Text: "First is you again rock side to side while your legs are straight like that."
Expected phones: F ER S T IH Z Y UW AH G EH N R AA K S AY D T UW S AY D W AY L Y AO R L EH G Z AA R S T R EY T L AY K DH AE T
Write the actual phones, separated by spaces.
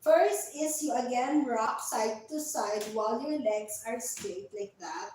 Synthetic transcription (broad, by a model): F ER S T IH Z Y UW AH G EH N R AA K S AY D T UW S AY D W AY L Y AO R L EH G S AA R S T EY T L AY K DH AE T